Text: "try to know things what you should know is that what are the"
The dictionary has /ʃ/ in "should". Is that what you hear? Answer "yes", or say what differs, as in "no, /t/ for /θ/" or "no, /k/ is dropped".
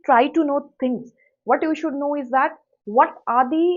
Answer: yes